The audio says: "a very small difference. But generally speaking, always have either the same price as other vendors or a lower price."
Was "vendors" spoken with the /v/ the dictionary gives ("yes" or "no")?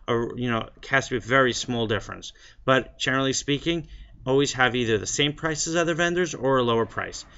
yes